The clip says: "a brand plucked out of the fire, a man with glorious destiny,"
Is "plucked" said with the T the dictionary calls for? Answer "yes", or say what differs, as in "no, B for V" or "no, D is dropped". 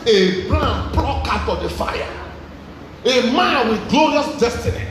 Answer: no, T is dropped